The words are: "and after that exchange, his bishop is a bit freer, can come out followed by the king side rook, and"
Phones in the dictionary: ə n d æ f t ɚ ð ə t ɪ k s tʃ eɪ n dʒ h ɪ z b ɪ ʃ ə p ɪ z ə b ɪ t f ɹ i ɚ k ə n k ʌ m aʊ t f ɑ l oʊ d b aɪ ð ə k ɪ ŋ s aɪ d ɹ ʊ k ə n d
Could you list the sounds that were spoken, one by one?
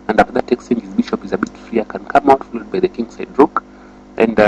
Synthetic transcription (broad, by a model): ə n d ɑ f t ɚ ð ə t ɪ k s tʃ eɪ n dʒ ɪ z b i ʃ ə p ɪ z ə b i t f ɹ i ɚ k ə n k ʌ m aʊ t f ɑ l oʊ d b aɪ ð ə k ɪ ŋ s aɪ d ɹ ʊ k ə n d